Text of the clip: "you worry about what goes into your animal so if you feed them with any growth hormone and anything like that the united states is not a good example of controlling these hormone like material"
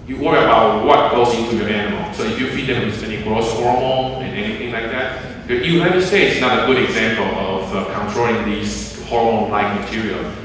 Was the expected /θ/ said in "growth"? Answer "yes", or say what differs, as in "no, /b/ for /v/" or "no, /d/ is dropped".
no, /s/ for /θ/